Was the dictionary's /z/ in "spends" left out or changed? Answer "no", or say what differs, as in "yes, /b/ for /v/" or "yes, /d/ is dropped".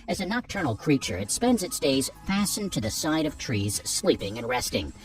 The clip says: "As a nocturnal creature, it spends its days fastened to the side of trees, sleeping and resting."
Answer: no